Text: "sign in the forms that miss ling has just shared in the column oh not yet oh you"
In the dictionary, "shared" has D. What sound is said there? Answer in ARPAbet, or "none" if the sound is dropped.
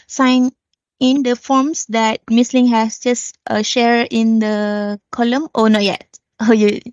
none